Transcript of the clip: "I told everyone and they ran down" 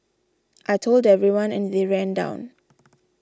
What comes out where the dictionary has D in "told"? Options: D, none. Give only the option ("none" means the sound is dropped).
D